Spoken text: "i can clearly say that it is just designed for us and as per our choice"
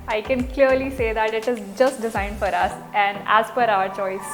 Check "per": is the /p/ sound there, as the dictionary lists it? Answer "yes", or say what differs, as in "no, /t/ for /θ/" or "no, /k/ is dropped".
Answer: no, /f/ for /p/